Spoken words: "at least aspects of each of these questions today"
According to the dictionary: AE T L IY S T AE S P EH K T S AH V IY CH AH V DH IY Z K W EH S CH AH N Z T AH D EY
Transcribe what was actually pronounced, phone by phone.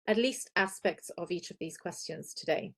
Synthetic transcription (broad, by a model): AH T L IY S T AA S P EH K T S AH V IY CH AH V DH IY Z K W EH S CH AH N Z T AH D EY